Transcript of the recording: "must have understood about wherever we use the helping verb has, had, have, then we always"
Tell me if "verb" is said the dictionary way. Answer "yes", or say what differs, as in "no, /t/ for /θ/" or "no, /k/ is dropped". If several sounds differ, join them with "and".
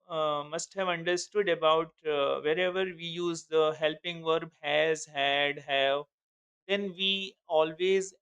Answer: yes